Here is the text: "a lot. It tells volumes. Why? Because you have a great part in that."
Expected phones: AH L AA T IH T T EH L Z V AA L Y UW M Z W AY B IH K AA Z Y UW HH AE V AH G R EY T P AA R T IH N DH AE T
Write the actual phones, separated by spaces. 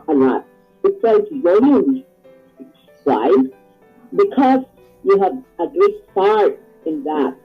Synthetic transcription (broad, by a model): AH L AA T IH T S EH Z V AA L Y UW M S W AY B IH K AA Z Y UW HH AE V AH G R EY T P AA R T IH N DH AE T